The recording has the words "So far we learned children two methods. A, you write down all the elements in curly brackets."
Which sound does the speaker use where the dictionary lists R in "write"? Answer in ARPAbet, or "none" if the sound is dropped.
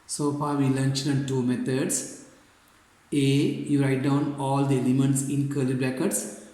R